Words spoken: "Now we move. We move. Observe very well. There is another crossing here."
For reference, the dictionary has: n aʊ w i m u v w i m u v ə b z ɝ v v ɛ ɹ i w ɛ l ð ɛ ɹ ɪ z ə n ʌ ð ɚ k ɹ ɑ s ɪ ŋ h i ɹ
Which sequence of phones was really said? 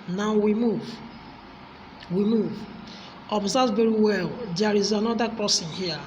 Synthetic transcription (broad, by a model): n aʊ w i m u v w i m u v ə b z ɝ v v ɛ ɹ i w ɛ l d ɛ ɹ ɪ z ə n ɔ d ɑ k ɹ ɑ s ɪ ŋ h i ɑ